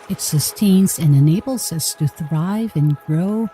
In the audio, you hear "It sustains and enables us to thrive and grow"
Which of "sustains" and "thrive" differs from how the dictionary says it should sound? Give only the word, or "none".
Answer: none